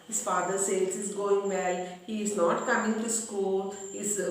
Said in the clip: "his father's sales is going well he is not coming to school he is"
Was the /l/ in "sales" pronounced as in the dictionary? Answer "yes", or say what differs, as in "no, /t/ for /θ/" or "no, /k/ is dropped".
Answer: no, /l/ is dropped